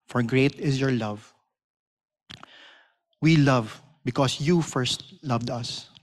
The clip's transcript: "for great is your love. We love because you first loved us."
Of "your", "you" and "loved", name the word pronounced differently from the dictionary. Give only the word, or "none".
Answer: none